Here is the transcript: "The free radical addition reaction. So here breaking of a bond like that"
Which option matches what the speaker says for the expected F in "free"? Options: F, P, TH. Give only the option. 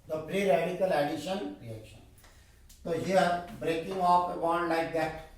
P